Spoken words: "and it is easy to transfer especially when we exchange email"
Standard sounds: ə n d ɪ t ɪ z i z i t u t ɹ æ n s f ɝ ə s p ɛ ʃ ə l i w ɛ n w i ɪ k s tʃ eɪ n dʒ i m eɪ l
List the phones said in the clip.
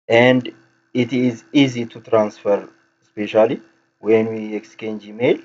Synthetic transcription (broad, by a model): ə n d ɪ t ɪ z i z i t u t ɹ æ n s f ɝ s p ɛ ʃ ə l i w ɛ n w i ɪ k s tʃ eɪ n dʒ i m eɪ l